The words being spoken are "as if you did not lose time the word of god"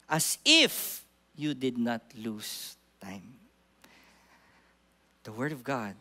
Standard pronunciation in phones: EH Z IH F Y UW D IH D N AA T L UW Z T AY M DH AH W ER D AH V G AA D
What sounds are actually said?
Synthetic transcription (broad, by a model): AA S IH F Y UW D IH D N AA T L UW S T AY M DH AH W ER D AH V G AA D